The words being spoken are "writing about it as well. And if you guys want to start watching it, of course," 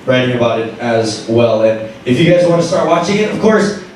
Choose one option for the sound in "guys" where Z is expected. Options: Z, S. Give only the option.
Z